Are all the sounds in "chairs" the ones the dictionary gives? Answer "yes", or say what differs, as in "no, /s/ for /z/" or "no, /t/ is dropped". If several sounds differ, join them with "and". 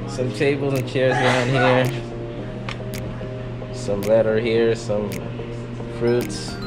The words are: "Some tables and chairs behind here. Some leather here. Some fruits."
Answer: yes